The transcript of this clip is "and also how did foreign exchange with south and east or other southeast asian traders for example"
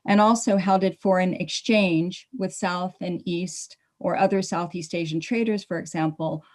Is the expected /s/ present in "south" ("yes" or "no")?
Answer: yes